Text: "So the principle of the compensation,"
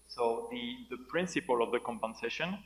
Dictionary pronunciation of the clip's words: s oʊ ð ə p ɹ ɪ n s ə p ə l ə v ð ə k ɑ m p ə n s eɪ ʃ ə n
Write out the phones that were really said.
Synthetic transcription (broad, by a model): s oʊ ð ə p ɹ ɪ n s ə p ə l ə v ð ə k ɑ m p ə n s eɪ ʃ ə n